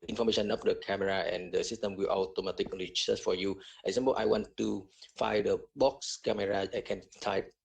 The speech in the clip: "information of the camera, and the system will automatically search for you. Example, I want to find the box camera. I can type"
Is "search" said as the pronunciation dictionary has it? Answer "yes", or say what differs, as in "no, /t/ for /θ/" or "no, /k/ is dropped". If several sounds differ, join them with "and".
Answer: no, /s/ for /tʃ/